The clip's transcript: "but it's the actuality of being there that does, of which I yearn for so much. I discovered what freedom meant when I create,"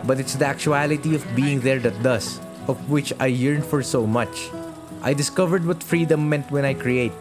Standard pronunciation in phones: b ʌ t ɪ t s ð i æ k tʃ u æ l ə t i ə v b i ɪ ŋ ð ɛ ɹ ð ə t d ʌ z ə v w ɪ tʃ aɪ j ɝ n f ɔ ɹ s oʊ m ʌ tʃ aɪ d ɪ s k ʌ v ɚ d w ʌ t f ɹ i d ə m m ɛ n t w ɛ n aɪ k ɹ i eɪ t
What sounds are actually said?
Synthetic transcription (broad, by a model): b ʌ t ɪ t s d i æ k tʃ u æ l ə t i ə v b i ɪ ŋ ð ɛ ɹ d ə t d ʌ s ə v w ɪ tʃ aɪ j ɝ n f ɔ ɹ s oʊ m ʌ tʃ aɪ d ɪ s k ʌ v ɚ d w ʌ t f ɹ i d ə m m ɛ n t w ɛ n aɪ k ɹ i eɪ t